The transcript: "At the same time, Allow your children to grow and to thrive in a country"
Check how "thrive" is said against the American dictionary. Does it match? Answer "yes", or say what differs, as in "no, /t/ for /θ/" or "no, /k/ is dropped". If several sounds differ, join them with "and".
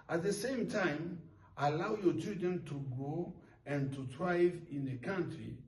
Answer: no, /t/ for /θ/